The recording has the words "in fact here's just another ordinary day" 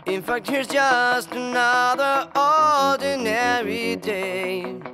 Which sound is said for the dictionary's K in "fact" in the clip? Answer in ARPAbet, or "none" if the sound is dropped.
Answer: K